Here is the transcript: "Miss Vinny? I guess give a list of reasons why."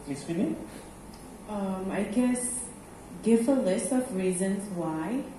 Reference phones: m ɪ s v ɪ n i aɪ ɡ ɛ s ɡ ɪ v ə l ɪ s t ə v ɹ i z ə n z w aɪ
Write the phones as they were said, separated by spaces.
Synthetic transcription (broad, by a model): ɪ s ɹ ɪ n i aɪ ɡ ɛ s ɡ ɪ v ə l ɪ s t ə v ɹ i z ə n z w aɪ